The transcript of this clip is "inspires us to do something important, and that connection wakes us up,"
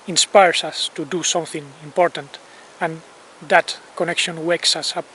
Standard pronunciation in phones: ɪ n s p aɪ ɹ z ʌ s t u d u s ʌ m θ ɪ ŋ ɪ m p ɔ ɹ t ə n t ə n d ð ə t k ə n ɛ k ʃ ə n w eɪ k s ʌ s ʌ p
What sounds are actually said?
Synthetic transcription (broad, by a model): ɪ n s p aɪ ɹ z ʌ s t u d u s ʌ m θ ɪ ŋ ɪ m p ɔ ɹ t ə n t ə n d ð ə t k ə n ɛ k ʃ ə n w eɪ k s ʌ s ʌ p